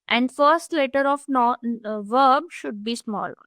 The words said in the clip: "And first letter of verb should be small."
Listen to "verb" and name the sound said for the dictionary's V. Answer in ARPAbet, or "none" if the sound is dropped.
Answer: V